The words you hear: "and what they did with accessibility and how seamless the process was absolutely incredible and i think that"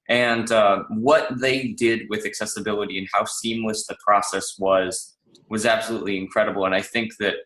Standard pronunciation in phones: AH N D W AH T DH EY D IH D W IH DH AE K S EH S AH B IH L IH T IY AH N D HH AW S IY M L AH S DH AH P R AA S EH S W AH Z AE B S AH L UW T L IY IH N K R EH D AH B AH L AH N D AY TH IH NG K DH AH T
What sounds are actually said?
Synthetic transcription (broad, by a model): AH N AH W AH T DH EY D IH D W IH DH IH K S EH S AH B IH L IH T IY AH N HH AW S IY M L AH S DH AH P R AA S EH S W AH Z AE B S AH L UW T L IY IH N K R EH D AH B L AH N AY TH IH NG K DH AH T